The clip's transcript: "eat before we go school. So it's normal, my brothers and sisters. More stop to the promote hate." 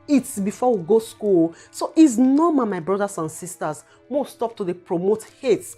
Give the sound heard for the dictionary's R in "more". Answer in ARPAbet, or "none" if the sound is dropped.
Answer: W